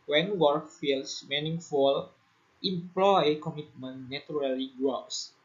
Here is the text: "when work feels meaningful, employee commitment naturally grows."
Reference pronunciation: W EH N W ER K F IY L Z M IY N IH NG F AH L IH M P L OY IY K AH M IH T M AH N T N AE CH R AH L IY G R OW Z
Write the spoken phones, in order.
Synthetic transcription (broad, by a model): W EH N W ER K F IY L S M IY N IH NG F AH L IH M P L OY K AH M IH T M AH N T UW R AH L IY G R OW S